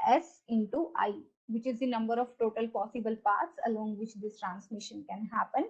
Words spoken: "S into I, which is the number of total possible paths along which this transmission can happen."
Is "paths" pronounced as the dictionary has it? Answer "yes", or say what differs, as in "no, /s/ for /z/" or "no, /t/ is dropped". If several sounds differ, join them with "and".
no, /t/ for /θ/